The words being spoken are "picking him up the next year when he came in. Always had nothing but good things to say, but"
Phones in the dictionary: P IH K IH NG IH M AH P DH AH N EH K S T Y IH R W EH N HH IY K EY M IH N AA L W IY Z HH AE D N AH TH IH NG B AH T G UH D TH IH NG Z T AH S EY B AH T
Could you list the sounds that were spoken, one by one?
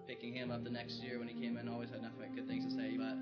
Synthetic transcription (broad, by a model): P IH K IH NG IH M AH P DH AH N EH K S T Y IH R W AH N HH IY K EY M IH N AA L W IY Z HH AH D N AH F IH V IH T G UH D TH IH NG Z T AH S EY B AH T